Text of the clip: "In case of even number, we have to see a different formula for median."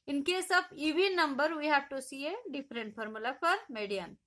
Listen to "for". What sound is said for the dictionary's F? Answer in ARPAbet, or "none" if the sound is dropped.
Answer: P